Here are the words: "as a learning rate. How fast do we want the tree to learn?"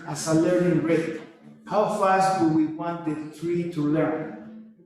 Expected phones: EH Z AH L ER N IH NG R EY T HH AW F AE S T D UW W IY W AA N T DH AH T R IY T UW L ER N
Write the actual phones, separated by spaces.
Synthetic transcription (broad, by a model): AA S AH L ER IH R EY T HH AW F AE S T D UW W IY W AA N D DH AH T R IY T UW L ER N